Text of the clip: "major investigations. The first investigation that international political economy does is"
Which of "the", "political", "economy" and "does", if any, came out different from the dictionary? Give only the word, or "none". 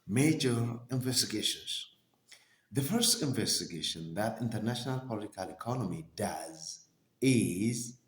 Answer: none